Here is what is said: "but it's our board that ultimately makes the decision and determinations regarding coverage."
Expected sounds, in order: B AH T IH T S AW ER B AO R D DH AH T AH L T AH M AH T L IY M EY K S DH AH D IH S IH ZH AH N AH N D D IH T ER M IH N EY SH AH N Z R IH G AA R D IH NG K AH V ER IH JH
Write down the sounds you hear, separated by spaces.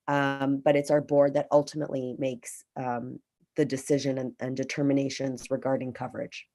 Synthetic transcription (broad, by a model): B AH T IH T S AW ER B AO R D DH AH T AH L T AH M AH T L IY M EY K S DH AH D IH S IH ZH AH N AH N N D IH T ER M IH N EY SH AH N Z R IH G AA R D IH NG K AH V ER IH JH